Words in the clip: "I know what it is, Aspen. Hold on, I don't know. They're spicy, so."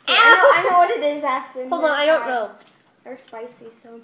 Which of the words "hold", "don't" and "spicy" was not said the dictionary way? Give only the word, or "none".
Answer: hold